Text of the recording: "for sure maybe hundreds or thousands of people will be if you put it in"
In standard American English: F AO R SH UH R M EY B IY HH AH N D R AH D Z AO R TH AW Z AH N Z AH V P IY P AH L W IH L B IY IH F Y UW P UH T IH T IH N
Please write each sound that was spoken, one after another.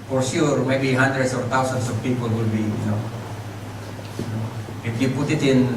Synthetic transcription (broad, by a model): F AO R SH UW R M EY B IY HH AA N D R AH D S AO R T AW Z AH N S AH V P IY P AH L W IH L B IY IH F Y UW P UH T IH T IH N